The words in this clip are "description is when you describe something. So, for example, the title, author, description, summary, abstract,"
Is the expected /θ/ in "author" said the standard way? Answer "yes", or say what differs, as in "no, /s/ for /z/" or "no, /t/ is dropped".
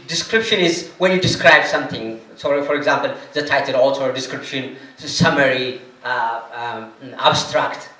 no, /t/ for /θ/